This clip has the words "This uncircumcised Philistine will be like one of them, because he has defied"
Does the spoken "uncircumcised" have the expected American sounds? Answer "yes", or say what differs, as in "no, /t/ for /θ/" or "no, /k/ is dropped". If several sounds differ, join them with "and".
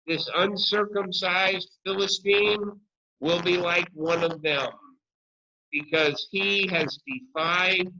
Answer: yes